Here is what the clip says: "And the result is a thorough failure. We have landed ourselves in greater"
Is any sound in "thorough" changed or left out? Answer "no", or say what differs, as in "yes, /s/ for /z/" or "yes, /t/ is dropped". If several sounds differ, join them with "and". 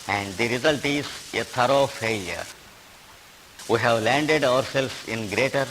yes, /t/ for /θ/